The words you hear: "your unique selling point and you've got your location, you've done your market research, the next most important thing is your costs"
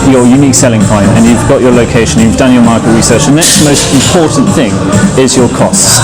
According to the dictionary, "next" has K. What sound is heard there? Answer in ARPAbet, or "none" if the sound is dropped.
K